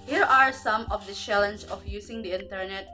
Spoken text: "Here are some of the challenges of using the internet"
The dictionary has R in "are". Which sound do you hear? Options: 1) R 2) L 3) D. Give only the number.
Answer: 1